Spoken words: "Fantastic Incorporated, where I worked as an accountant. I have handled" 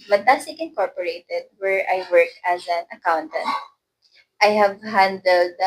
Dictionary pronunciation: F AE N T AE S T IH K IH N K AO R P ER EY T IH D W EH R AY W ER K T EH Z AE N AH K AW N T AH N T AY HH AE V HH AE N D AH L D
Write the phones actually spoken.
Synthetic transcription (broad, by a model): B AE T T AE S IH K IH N K AO R P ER EY T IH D W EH R AY W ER K EH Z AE N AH K AW N T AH N T AY HH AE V HH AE N D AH L D